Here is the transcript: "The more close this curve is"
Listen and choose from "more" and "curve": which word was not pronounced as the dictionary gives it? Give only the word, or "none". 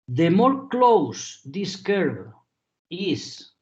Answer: curve